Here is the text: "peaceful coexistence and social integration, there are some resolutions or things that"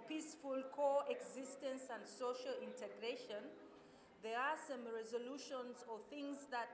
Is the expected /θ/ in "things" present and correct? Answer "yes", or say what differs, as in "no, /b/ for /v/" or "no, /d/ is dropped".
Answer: yes